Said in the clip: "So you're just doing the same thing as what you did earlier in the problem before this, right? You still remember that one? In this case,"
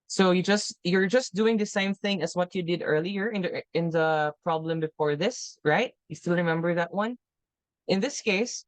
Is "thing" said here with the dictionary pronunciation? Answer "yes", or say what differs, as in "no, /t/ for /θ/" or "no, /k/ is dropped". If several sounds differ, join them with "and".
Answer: yes